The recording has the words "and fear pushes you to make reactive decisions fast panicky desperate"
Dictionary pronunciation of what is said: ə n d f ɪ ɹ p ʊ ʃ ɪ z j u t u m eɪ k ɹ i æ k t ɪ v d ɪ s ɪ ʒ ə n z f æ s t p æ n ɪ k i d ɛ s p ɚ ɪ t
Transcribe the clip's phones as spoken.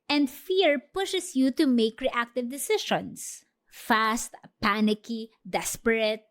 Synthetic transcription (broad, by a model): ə n d f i ɹ p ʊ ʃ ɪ s j u t u m eɪ k ɹ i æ k t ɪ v d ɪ s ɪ ʃ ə n s f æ s t p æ n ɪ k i d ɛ s p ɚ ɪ t